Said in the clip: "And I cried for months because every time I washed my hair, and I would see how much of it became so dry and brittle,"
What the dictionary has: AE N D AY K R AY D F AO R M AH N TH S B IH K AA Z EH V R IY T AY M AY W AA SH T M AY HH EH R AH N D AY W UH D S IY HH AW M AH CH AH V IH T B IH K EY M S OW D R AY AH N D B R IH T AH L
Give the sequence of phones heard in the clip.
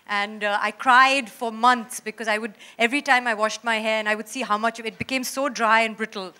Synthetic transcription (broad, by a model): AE N D AY K R AY D F AO R M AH N T S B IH K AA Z EH V R IY T AY M AY W AA SH T M AY HH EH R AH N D AY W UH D S IY HH AW M AH CH AH V IH T B IH K EY M S OW D R AY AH N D B R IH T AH L